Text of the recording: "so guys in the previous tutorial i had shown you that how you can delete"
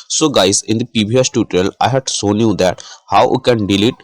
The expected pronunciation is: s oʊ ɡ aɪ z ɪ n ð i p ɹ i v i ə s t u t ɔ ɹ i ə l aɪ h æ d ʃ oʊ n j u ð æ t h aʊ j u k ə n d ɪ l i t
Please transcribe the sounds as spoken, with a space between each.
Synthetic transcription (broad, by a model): s oʊ ɡ aɪ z ɪ n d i p i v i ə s t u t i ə l aɪ h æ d s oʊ n j u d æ t h aʊ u k ə n d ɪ l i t